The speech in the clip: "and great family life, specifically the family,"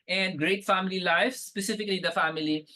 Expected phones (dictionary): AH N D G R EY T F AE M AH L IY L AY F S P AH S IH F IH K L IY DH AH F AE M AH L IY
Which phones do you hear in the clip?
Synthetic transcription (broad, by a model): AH N D G R EY T F AE M AH L IY L AY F S P AH S IH F IH K L IY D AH F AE M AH L IY